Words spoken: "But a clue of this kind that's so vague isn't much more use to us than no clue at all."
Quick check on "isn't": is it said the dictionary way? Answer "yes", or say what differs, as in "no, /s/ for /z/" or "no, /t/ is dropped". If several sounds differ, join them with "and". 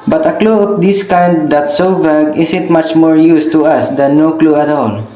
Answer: no, /s/ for /z/